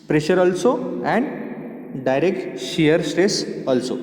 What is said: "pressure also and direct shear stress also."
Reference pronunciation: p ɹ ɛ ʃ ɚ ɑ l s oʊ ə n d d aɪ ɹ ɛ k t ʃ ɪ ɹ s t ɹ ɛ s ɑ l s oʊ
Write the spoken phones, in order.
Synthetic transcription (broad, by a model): p ɹ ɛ ʃ ɚ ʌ l s oʊ ə n d d aɪ ɹ ɛ k t ʃ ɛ ɹ s t ɹ ɛ s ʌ l s oʊ